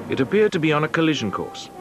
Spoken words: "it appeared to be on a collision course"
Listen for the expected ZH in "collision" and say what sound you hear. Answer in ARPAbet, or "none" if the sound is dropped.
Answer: ZH